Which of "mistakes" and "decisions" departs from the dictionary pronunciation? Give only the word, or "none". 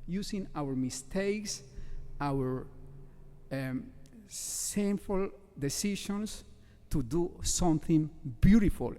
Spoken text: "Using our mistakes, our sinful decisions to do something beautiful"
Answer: decisions